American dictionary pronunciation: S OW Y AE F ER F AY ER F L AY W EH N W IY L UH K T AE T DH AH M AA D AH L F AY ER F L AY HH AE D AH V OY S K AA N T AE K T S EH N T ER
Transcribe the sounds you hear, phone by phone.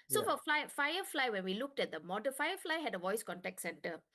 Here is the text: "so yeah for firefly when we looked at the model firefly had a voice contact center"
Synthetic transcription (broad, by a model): S OW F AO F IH F AY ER F L AY W EH N W IY L UH K T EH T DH AH M AA D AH F AY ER F L AY HH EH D AH V OY S K AA N T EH K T S EH N T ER